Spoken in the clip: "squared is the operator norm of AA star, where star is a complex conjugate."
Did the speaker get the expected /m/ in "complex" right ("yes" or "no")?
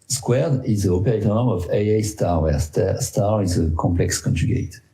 yes